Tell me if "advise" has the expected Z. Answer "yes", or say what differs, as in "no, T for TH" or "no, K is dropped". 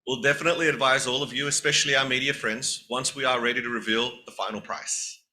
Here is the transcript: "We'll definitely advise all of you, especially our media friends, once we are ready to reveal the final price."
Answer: yes